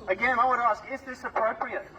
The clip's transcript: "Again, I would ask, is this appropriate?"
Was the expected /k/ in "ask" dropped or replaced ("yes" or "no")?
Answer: no